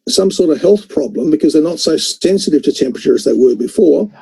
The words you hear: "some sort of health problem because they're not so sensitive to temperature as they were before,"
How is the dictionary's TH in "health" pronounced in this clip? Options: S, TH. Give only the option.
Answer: TH